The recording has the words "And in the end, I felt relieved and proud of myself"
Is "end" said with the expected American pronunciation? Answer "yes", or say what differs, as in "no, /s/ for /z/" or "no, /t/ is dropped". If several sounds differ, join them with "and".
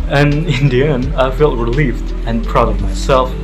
no, /d/ is dropped